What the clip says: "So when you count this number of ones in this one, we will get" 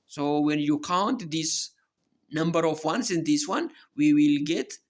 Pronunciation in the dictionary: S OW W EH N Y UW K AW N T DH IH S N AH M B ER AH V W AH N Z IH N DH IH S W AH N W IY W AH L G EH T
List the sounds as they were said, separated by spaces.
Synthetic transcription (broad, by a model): S OW W EH N Y UW K AW N T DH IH S N AH M B ER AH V W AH N S IH N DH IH S W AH N W IY W AH L G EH T